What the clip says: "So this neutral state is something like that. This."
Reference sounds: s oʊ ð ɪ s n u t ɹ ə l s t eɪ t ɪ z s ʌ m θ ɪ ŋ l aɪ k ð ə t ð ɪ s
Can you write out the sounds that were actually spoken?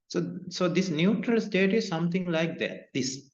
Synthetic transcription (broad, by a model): s oʊ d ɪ s n u t ɹ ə l s t eɪ t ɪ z s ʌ m t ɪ ŋ l aɪ k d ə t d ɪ s